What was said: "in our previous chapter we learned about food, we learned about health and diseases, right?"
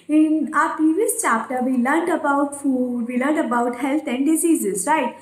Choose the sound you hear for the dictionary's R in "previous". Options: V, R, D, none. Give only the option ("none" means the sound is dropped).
none